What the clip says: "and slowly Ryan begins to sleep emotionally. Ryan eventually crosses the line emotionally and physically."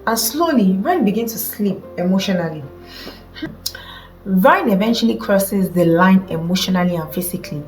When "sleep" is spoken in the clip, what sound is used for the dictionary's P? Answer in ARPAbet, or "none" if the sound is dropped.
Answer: P